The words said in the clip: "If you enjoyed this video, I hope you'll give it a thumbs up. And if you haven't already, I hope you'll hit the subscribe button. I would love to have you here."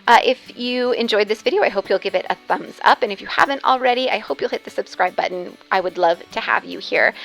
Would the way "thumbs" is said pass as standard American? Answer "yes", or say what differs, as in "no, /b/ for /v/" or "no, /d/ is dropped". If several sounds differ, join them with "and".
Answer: yes